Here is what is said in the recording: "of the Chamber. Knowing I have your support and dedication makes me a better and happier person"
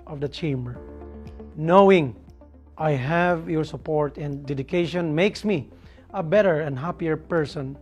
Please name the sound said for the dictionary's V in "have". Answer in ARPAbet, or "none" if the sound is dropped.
V